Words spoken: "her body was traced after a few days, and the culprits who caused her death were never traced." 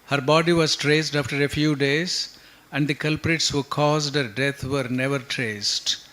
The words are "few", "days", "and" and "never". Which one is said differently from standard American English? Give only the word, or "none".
none